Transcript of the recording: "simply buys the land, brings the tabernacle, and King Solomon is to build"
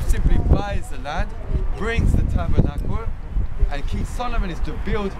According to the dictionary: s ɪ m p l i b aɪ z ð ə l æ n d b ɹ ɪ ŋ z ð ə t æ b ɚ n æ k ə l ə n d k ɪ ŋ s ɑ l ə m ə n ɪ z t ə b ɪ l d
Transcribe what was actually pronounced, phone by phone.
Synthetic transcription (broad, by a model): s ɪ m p l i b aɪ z ð ə l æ d b ɹ ɪ ŋ z ð ə t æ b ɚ n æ k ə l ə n k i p s ɑ l ə m ə n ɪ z t ə b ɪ l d